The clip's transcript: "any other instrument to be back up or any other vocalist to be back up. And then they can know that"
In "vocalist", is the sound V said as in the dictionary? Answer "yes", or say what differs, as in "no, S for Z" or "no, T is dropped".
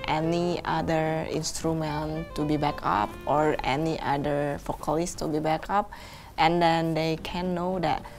no, F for V